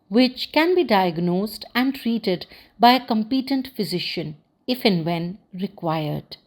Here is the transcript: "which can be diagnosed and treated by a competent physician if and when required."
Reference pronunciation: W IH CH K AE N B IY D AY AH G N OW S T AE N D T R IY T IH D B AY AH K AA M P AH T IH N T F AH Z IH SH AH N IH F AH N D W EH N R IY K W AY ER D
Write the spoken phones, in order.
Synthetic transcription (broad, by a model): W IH CH K AE N B IY D AY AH G N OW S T AE N D T R IY T IH D B AY AH K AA M P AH T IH N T F AH Z IH SH AH N IH F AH N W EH N R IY K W AY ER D